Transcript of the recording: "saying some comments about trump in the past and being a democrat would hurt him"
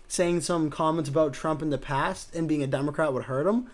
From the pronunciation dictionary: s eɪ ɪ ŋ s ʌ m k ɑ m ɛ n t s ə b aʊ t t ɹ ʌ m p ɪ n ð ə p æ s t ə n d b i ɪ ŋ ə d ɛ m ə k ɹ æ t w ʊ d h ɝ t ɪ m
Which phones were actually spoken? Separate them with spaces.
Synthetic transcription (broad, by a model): s eɪ ɪ ŋ s ʌ m k ɑ m ɛ n t s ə b aʊ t t ɹ ʌ m p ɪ n ð ə p æ s t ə n b i ɪ ŋ ə d ɛ m ə k ɹ æ t w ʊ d h ɝ t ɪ m